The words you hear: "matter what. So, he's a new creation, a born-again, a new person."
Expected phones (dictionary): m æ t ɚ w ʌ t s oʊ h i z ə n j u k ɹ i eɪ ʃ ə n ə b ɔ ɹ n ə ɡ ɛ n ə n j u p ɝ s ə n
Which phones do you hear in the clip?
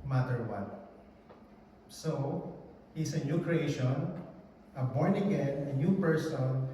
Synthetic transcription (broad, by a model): m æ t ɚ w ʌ t s oʊ h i s ə n j u k ɹ i eɪ ʃ ə n ə b ɔ ɹ n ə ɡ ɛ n ə n j u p ɝ s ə n